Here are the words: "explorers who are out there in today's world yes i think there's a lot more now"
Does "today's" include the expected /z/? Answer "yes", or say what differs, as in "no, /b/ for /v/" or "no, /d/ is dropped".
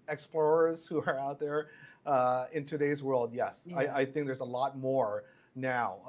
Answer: yes